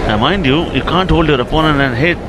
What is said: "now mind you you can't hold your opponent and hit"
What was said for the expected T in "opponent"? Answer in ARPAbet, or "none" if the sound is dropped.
none